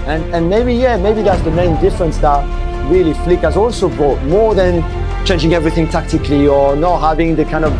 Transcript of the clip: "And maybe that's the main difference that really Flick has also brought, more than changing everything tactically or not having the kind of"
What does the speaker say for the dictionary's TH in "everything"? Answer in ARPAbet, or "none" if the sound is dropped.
TH